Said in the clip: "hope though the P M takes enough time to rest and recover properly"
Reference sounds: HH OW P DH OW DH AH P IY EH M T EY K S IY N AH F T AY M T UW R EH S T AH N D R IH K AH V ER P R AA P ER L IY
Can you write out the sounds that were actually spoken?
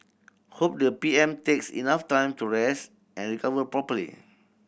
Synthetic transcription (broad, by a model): HH OW P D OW AH P IY EH M T EY K S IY N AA F T AY M T UW R EH S T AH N R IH K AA V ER P R AA P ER L IY